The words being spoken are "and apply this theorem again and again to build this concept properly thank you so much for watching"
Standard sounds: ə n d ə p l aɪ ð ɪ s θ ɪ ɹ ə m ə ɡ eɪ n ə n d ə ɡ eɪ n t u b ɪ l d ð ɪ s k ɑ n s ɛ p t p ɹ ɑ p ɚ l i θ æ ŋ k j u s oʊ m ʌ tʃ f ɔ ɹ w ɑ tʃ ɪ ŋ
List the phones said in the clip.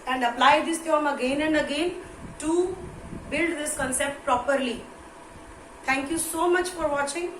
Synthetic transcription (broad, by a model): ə n d ə p l aɪ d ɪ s t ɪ ə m ə ɡ eɪ n ə n d ə ɡ eɪ n t u b ɪ l d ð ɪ s k ɑ n s ɛ p t p ɹ ɑ p ɚ l i t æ ŋ k j u s oʊ m ʌ tʃ f ɔ ɹ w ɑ tʃ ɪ ŋ